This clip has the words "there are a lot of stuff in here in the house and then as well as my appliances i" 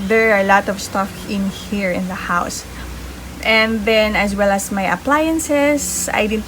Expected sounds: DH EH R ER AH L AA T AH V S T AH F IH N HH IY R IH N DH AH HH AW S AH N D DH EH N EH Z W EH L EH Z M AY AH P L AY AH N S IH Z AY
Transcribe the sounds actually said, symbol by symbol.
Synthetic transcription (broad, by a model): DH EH R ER AH L AA T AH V S T AH F IH N HH IY R IH N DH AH HH AW S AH N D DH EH N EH S W EH L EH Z M AY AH P L AY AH N S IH S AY